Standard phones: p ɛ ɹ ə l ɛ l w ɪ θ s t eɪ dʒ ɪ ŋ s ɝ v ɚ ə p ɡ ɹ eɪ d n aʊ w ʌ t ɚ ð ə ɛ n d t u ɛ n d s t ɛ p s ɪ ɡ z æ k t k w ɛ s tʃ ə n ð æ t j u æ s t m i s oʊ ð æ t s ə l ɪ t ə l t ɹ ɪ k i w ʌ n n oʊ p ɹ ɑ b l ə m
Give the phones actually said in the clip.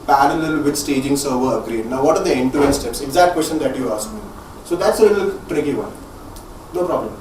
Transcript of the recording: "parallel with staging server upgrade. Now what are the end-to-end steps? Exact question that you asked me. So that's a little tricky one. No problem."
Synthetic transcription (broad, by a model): p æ ɹ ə l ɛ l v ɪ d s t eɪ dʒ ɪ ŋ s ɝ v ɚ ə ɡ ɹ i d n aʊ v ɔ t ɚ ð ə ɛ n t u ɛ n s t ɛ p s ɪ ɡ z æ k t k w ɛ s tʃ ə n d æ t j u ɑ s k m i s oʊ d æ t s ə l ɪ t ə l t ɹ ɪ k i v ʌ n n oʊ p ɹ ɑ b l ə m